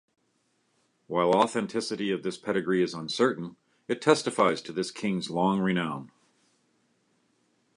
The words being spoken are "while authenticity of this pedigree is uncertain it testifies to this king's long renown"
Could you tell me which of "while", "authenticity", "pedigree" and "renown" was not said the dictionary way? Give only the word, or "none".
none